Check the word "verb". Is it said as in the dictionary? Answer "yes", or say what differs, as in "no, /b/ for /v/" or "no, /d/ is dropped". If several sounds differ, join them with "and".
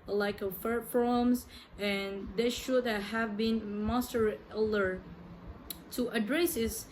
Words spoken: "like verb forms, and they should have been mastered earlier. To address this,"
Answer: no, /f/ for /v/